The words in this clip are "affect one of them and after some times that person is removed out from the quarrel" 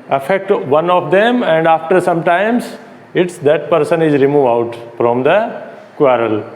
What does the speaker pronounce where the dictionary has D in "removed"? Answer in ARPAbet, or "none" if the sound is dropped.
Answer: none